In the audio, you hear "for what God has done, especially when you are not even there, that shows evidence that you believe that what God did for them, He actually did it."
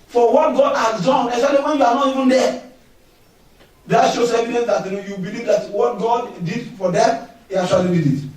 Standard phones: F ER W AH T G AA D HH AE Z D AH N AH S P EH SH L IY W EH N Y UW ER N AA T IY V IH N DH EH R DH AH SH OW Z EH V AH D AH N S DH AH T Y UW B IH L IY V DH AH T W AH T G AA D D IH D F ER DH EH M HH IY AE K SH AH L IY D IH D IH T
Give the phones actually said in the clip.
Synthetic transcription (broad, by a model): F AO W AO T G AA D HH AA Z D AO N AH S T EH L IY W EH N Y UW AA N AA T IY V IH N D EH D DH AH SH OW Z EH V AH D AH N S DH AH T Y UW B IH L IY V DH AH T W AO T G AA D D IH D F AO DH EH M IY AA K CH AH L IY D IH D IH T